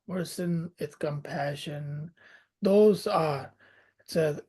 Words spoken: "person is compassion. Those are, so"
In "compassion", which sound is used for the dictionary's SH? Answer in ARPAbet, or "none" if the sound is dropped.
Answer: SH